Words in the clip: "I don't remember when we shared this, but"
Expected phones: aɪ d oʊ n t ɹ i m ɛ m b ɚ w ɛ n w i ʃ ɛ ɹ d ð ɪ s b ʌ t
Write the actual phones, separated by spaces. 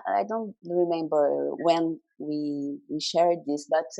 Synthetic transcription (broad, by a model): aɪ d oʊ n t ɹ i m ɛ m b ɚ w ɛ n w i ʃ ɛ ɹ d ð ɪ s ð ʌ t